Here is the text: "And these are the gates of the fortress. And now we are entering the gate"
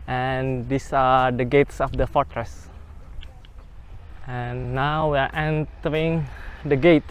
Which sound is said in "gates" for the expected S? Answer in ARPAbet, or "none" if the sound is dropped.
S